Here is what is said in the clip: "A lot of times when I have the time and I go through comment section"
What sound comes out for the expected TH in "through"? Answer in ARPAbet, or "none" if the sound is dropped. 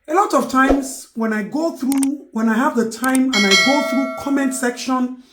TH